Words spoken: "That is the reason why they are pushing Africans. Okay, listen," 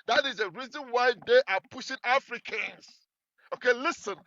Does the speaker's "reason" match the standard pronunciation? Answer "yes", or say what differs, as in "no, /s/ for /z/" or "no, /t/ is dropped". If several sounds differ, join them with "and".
yes